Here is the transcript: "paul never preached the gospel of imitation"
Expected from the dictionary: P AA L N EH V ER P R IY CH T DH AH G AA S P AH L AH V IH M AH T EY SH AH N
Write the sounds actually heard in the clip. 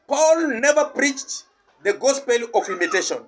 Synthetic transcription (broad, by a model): P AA L N EH V ER P R IY CH T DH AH G AA S P AH L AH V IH M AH T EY SH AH N